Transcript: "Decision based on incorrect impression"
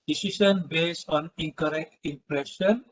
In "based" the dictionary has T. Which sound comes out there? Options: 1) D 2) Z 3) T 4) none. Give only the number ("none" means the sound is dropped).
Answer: 4